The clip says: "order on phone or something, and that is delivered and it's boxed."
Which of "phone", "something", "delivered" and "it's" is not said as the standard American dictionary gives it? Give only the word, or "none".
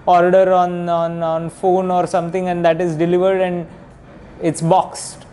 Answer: something